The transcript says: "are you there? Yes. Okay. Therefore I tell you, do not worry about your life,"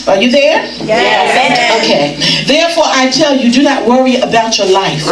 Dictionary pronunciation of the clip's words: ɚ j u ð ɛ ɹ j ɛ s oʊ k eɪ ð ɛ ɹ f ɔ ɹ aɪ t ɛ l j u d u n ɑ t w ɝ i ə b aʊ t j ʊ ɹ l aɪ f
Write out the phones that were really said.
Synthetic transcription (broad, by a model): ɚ j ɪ ð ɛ ɹ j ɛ oʊ k eɪ ð ɛ ɹ f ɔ ɹ aɪ t ɛ l j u d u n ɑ t w ɝ i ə b aʊ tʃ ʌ ɹ l aɪ f